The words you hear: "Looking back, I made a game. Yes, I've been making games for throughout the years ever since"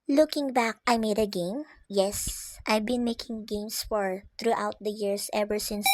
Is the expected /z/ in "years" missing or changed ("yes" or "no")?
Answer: yes